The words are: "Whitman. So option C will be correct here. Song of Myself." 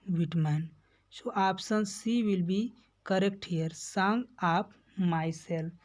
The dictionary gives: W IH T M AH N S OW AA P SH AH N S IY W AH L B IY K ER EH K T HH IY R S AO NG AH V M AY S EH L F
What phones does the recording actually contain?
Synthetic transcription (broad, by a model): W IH T M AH N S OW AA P S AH N S IY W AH L B IY K ER EH K T HH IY R S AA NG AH P M AY S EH L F